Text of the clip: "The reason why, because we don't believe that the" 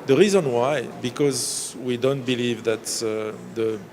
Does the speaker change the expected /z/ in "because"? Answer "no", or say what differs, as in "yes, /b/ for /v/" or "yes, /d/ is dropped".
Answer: no